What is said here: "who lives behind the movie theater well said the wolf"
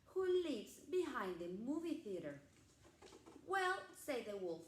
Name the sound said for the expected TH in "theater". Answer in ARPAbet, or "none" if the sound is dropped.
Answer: TH